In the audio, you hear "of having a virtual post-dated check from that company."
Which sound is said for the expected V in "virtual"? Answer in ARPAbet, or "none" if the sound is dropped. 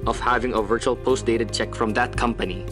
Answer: V